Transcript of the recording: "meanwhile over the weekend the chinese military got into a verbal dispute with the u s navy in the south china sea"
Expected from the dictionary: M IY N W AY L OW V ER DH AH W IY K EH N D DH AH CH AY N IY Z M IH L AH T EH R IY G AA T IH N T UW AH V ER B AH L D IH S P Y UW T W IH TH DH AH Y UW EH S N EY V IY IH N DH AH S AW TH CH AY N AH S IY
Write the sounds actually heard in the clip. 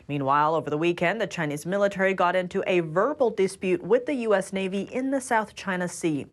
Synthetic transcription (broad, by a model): M IY N W AY L OW V ER DH AH W IY K EH N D DH AH CH AY N IY Z M IH L AH T EH R IY G AA T IH N T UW AH V ER B L D IH S P Y UW T W IH DH AH Y UW EH S N EY V IY IH N DH AH S AW TH CH AY N AH S IY